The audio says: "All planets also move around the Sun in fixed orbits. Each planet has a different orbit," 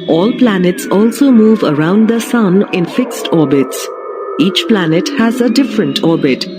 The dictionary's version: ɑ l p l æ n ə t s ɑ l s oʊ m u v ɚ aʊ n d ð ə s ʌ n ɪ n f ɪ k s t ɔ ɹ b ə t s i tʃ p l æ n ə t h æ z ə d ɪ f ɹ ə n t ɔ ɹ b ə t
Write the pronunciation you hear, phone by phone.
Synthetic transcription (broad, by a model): ɑ l p l æ n ə t s ɑ l s oʊ m u v ɚ aʊ n d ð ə s ʌ n ɪ n f ɪ k s t ɔ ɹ b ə t s i tʃ p l æ n ə t h æ z ə d ɪ f ɹ ə n t ɔ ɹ b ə t